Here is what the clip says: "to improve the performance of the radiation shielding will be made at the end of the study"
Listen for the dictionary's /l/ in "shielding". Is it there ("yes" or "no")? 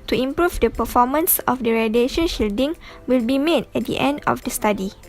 yes